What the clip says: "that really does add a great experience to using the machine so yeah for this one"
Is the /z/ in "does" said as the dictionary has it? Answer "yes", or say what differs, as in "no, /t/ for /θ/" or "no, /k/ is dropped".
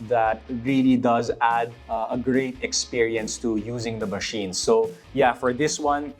yes